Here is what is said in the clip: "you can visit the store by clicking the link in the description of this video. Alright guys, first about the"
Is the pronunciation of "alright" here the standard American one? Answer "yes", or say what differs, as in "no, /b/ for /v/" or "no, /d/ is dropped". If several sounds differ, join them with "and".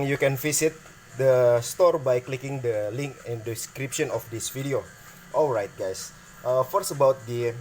yes